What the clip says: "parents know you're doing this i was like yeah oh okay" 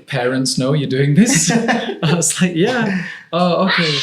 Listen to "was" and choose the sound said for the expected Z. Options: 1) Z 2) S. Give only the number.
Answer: 2